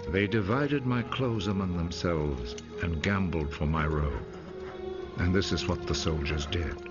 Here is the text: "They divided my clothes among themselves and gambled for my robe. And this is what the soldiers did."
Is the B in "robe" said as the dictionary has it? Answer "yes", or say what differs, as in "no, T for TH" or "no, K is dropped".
no, B is dropped